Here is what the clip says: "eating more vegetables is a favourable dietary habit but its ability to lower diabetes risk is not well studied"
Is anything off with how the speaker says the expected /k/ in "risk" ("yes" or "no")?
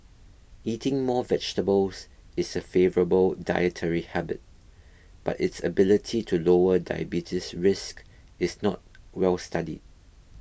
no